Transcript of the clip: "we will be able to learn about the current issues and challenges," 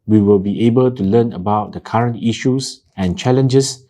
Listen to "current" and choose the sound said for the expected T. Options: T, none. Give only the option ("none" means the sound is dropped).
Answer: T